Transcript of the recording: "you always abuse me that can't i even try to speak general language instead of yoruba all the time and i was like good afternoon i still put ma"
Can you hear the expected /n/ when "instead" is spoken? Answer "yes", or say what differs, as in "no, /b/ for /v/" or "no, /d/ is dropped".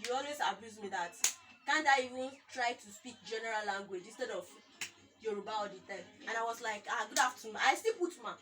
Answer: yes